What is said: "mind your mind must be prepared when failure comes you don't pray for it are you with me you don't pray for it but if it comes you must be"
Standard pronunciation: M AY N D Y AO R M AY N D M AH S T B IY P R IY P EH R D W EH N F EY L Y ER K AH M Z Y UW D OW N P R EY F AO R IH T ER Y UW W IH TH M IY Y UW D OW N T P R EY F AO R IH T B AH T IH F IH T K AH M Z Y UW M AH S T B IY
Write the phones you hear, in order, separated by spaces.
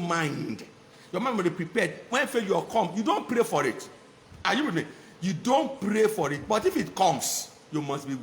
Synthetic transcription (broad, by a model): M AY N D Y AO M AY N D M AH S B IY P R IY P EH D W EH N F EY Y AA K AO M Y UW D OW N P R EY F AO R IH T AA Y UW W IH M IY Y UW D OW N T P R EY F AO R IH T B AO T IH F IH T K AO M S Y UW M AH S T B IY